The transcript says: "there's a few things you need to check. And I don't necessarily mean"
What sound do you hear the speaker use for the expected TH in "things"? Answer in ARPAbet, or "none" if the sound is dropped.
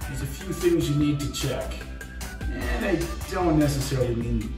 TH